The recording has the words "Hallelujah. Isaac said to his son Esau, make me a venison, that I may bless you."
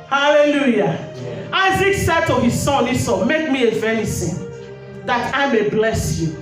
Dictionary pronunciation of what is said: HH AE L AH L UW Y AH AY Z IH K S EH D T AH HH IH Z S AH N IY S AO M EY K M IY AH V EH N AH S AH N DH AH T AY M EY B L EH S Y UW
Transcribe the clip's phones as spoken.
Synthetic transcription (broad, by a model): HH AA L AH L UW Y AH AY Z IH K S EH D T AH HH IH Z S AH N IY S AO M EY K M IY AH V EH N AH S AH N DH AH T AY M EY B L EH S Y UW